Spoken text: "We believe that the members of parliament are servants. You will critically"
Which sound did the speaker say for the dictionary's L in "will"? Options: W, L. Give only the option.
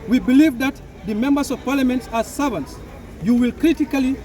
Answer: L